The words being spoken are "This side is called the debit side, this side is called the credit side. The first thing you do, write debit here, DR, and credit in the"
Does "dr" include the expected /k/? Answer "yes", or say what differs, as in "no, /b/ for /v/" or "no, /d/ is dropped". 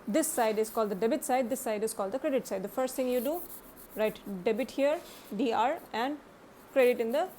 no, /k/ is dropped